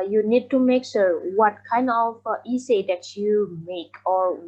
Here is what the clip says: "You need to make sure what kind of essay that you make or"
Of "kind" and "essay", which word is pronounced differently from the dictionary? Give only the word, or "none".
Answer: none